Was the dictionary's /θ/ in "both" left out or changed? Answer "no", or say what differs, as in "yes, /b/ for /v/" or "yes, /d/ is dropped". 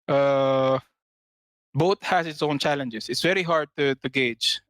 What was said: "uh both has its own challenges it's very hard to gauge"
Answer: yes, /t/ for /θ/